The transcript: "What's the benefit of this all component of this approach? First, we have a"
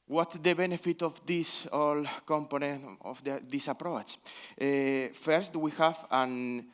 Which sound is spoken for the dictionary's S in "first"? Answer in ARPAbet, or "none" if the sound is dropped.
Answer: S